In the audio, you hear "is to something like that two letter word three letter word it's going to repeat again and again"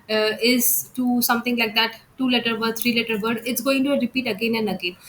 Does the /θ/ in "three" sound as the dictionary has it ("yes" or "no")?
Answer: no